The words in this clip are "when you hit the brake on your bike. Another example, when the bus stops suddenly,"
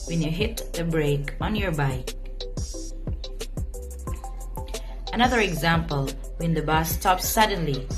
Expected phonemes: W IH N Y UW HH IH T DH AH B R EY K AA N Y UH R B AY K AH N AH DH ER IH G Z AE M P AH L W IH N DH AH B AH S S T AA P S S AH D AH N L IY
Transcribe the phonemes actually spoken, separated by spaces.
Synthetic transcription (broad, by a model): W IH N Y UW HH IH T DH AH B R EY K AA N Y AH R B AY K AH N AH DH ER IH G Z AE M P AH L W IH N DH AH B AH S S T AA P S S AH D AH N L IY